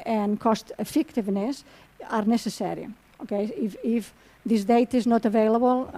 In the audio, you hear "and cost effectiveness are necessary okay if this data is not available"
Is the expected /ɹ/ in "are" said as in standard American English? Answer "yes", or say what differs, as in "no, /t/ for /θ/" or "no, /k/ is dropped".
yes